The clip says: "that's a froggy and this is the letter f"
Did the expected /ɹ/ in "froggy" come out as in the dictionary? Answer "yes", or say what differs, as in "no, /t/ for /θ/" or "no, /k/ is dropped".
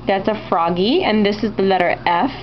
yes